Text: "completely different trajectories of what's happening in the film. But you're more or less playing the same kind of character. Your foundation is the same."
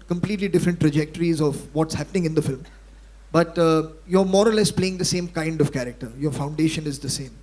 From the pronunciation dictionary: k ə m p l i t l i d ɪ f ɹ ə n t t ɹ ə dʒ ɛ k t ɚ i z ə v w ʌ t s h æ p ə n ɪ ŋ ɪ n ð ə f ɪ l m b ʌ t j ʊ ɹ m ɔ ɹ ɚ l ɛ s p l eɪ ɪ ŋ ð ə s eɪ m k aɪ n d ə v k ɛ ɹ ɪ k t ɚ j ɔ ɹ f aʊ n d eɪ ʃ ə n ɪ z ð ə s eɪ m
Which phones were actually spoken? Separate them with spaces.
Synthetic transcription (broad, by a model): k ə m p l i t l i d ɪ f ɹ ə n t t ɹ ə dʒ ɛ k t ɚ i z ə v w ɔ t s h æ p ə n ɪ ŋ ɪ n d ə f ɪ l m b ʌ t j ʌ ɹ m ɔ ɹ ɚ l ɛ s p l eɪ ɪ ŋ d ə s eɪ m k aɪ n d ə v k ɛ ɹ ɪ k t ɚ j ɔ ɹ f aʊ n d eɪ ʃ ə n ɪ z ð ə s eɪ m